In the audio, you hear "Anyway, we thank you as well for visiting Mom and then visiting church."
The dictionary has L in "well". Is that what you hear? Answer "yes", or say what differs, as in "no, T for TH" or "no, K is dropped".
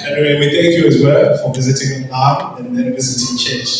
yes